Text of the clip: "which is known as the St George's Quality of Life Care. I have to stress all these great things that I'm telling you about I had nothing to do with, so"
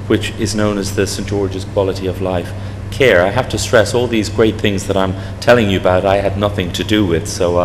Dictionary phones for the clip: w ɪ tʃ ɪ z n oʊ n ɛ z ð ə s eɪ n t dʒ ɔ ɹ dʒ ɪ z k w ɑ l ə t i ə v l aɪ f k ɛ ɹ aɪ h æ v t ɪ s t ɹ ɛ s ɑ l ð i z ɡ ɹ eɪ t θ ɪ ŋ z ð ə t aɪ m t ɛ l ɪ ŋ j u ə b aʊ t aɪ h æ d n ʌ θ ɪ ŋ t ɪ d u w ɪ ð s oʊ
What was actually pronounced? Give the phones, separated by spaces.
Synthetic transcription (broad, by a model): w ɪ tʃ ɪ z n oʊ n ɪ z ð ə s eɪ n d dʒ ɔ ɹ dʒ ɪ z k w ɑ l ə t i ə v l aɪ f k ɛ ɹ aɪ h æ f t ɪ s t ɹ ɛ s ɑ l ð i z ɡ ɹ eɪ t θ ɪ ŋ z ð ə t aɪ m t ɛ l ɪ ŋ j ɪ ə b aʊ t aɪ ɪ d n ʌ θ ɪ ŋ t ɪ d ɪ w ɪ ð s oʊ